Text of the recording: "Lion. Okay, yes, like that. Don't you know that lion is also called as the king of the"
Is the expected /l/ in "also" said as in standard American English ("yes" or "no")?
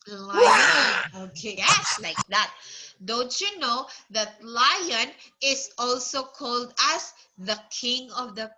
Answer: yes